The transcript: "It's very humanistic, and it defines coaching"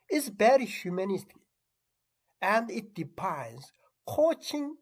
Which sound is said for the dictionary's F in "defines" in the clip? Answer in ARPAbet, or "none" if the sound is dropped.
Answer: P